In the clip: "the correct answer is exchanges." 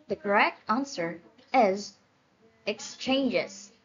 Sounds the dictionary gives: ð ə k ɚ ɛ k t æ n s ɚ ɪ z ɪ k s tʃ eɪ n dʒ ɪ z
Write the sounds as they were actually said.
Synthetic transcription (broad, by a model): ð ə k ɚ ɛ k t æ n s ɚ ɪ z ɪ k s tʃ eɪ n dʒ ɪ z